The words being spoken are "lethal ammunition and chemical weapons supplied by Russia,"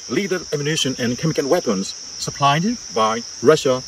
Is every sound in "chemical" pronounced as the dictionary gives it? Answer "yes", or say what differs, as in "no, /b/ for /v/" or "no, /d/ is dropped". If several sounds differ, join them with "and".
no, /n/ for /l/